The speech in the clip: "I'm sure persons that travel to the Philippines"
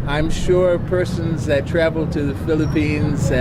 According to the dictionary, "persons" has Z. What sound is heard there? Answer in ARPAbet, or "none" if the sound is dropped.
Z